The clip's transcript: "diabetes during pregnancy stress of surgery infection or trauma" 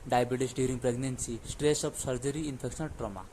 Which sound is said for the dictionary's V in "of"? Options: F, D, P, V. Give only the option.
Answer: P